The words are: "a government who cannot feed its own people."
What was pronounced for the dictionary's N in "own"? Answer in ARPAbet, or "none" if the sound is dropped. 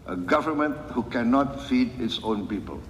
N